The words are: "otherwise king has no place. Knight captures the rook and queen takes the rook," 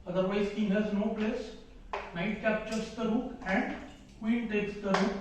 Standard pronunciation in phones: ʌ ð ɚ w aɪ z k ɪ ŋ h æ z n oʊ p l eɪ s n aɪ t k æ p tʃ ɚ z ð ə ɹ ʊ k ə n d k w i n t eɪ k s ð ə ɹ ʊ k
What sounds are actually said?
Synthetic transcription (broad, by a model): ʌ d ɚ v aɪ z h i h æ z n oʊ p l eɪ s n aɪ t k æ p tʃ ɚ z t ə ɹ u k ə n d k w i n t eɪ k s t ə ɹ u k